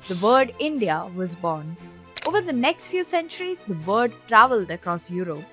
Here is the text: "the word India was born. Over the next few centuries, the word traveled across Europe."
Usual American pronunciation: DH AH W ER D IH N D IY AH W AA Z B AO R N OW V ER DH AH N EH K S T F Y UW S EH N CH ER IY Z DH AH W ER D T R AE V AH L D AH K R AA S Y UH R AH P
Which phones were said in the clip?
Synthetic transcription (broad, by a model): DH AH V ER D IH N D IY AH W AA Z B AO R N OW V ER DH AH N EH K S T F Y UW S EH N CH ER IY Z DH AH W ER D T R AE V AH L D AH K R AA S Y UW R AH P